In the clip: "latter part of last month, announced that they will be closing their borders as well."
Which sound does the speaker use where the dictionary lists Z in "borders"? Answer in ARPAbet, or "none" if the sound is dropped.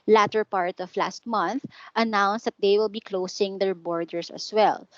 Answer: S